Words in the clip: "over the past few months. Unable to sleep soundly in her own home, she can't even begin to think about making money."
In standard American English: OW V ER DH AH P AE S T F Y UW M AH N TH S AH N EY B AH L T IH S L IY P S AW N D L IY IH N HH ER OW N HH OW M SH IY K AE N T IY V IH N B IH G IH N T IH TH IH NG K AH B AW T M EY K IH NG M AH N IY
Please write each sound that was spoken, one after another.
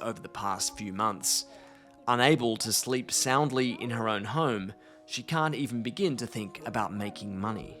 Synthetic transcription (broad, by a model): OW V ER DH AH P AE S T F Y UW M AH N TH S AH N EY B AH L T IH S L IY P S AW N D L IY IH N ER OW N HH OW M SH IY K AE N T IY V N B IH G IH N T IH TH IH NG K AH B AW T M EY K IH NG M AH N IY